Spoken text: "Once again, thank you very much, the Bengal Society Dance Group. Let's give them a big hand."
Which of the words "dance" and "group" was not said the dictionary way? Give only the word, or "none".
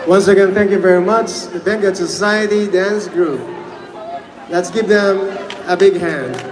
none